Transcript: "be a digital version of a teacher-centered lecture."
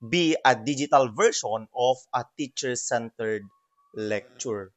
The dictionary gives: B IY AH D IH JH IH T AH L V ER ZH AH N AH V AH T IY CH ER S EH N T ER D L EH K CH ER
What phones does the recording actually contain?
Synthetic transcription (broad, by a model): B IY AH D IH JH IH T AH L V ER SH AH N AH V AH T IY CH ER S EH N T ER D L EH K CH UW